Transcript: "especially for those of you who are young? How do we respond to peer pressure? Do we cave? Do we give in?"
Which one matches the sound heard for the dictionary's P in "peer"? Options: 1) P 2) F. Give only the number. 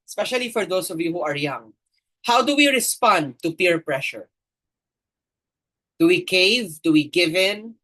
1